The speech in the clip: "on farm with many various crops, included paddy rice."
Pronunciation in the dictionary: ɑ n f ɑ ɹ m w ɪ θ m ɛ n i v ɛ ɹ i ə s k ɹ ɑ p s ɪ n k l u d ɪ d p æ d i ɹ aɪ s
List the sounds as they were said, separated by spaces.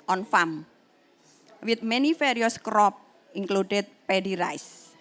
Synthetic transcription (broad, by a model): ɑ n f ɑ m w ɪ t m ɛ n i f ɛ ɹ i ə s k ɹ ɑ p ɪ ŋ k l u d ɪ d p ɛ d i ɹ aɪ s